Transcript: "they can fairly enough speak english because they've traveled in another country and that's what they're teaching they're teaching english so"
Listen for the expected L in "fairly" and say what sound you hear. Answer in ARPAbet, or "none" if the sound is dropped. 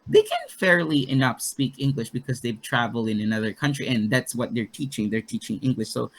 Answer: L